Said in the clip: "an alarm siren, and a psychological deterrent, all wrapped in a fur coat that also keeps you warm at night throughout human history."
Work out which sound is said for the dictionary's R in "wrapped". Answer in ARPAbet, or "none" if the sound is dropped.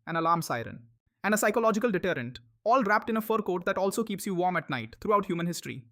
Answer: R